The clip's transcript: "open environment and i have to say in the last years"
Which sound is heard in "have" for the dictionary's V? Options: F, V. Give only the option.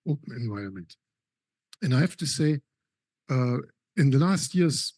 F